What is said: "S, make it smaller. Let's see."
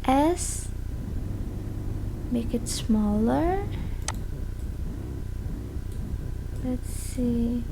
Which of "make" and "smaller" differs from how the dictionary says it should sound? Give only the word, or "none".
none